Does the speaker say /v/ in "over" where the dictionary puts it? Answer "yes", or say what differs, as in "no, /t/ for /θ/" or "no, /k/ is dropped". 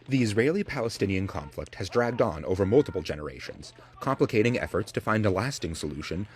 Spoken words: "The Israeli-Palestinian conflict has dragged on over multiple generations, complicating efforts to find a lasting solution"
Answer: yes